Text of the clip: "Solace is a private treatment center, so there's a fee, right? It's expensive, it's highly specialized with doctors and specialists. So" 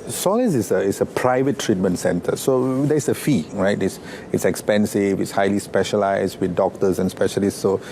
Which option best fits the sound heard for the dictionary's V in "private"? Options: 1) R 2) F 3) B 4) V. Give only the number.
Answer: 4